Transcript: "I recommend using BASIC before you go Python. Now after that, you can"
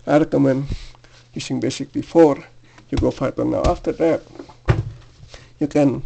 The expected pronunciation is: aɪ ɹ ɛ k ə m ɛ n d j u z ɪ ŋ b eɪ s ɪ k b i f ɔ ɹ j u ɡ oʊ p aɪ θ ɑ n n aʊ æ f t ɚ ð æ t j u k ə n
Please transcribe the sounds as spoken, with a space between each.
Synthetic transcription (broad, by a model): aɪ ɹ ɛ k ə m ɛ n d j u s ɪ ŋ b eɪ s ɪ k b i f ɔ ɹ j u ɡ oʊ f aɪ t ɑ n n aʊ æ f t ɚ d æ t j u k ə n